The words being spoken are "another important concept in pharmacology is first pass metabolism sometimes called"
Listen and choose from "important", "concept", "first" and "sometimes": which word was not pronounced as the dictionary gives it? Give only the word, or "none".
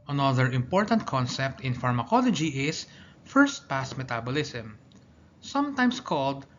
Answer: sometimes